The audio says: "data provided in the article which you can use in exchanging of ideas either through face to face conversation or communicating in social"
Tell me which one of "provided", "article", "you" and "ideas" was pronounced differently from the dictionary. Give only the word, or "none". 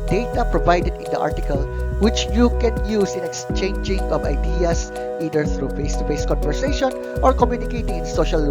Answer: ideas